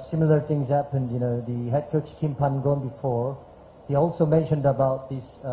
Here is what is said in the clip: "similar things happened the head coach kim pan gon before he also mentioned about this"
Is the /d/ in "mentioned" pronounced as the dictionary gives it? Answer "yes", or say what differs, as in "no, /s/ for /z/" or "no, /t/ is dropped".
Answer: yes